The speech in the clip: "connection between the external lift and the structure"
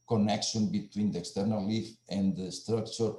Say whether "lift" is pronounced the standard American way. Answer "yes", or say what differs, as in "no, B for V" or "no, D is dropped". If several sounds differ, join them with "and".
no, T is dropped